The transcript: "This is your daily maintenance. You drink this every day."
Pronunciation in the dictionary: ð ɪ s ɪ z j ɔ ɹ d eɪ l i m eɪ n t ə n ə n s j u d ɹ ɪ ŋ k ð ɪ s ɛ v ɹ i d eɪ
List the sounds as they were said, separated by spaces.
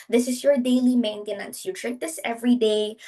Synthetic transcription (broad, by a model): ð ɪ s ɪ s j ɔ ɹ d eɪ l i m eɪ n t ə n ə n s j u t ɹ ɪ k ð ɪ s ɛ v ɹ i d eɪ